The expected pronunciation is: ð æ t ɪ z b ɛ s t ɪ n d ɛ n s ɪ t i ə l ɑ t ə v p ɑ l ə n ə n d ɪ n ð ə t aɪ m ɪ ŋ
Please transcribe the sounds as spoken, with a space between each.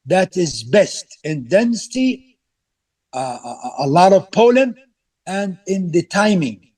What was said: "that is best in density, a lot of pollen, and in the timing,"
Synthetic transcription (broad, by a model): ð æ t ɪ z b ɛ s t ɪ n d ɛ n s ɪ t i ə l ɑ t ə v p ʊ l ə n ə n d ɪ n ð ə t aɪ m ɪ ŋ